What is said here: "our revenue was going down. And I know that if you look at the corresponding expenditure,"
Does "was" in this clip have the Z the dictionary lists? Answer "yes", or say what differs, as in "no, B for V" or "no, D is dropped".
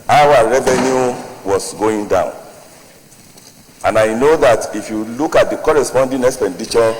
no, S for Z